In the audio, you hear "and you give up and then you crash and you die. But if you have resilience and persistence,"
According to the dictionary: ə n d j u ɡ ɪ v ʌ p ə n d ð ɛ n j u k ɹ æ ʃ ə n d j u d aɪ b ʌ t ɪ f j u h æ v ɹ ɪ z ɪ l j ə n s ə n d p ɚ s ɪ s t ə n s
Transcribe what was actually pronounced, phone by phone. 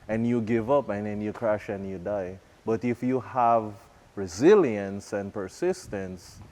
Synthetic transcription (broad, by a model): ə n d j u ɡ ɪ v ʌ p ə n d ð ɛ n j u k ɹ æ ʃ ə n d j u d aɪ b ʌ t ɪ f j u h æ v ɹ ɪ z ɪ l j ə n s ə n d p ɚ s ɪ s t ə n s